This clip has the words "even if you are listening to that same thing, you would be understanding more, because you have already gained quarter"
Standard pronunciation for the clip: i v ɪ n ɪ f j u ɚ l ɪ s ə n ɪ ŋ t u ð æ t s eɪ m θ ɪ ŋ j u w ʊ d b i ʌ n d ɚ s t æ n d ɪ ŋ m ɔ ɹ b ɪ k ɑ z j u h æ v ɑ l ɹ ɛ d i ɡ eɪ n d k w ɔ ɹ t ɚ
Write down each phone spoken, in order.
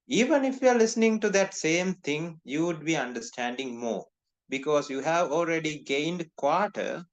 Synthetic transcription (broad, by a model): i v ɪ n ɪ f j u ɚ l ɪ s ə n ɪ ŋ t u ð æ t s eɪ m t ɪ ŋ j u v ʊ d b i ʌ n d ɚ s t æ n d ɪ ŋ m ɔ b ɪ k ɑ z j u h æ v ɑ l ɹ ɛ d i ɡ eɪ n d k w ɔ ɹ t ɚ